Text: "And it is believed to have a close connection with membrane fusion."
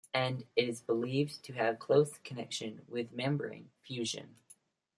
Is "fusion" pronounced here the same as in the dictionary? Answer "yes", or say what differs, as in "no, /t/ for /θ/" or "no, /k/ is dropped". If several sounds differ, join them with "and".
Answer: yes